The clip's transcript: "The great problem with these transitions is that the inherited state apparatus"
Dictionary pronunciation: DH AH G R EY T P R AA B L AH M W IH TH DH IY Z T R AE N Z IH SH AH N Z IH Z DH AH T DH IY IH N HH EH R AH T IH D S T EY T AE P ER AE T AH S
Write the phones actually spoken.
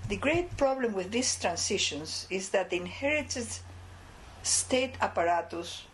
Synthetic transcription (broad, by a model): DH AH G R EY T P R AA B L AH M W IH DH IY S T R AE N S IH SH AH N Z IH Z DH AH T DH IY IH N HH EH R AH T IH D S T EY T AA P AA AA T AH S